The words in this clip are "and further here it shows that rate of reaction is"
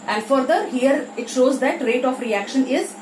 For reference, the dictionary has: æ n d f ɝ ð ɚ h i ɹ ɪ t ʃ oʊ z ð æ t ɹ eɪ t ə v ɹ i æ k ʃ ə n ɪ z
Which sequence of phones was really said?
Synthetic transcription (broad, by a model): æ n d f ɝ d ɚ h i ɹ ɪ t ʃ oʊ z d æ t ɹ eɪ t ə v ɹ i æ k ʃ ə n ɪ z